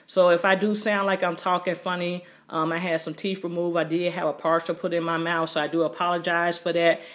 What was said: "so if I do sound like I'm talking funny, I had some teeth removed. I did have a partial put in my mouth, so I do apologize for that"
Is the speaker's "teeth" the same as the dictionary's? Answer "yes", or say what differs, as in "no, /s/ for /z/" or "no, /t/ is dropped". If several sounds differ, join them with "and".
no, /f/ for /θ/